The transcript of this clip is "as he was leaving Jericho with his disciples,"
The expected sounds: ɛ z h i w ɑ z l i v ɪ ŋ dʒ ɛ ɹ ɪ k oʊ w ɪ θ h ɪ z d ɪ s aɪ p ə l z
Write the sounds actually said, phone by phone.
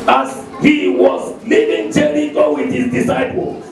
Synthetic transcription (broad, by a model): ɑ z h i w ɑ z l i v ɪ ŋ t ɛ l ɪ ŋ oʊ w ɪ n h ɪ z d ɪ s aɪ p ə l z